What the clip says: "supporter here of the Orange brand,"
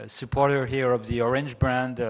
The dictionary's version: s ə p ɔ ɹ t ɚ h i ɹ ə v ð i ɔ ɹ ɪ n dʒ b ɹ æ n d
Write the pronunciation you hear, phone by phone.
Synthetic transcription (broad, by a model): s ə p ɔ ɹ t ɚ h i ɹ ə v ð i ɔ ɹ ɪ n dʒ b ɹ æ n d